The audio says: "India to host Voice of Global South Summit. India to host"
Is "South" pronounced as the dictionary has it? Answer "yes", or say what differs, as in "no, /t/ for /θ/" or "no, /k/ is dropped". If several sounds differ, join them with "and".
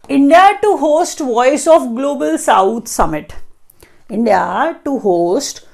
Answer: no, /t/ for /θ/